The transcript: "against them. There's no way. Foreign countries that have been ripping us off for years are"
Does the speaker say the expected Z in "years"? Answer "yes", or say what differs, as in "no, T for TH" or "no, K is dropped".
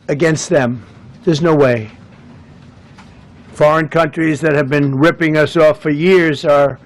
yes